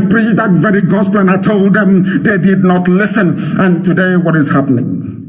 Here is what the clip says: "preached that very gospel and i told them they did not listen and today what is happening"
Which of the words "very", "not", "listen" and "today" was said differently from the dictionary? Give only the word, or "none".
none